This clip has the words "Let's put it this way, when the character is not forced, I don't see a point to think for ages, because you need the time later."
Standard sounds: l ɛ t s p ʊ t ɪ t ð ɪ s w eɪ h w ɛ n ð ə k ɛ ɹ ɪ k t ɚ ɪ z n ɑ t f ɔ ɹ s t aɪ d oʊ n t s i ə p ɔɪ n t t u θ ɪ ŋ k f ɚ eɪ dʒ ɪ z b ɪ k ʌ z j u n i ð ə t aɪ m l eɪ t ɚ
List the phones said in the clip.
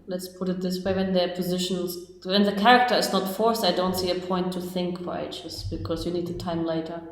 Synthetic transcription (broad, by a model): l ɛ t s p ʊ t ɪ t ð ɪ s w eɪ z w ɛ n ð ə k ɛ ɹ ɪ k t ɚ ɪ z n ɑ t f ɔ ɹ s aɪ d oʊ n t s i ə p ɔɪ n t t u θ ɪ ŋ k f ɚ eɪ tʃ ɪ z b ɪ k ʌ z j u n i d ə t aɪ m l eɪ t ɚ